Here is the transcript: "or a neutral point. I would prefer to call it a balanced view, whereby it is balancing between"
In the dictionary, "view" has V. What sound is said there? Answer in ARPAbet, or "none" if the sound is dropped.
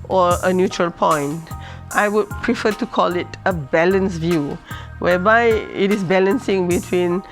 V